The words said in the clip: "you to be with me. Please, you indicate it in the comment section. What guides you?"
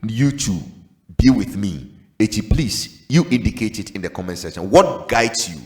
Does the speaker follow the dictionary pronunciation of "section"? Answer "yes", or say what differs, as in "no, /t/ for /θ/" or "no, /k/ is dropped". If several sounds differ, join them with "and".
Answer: no, /k/ is dropped